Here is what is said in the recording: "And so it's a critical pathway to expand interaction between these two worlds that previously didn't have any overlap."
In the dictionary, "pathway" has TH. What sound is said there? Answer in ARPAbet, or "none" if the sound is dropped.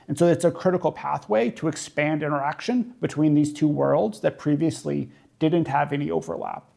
TH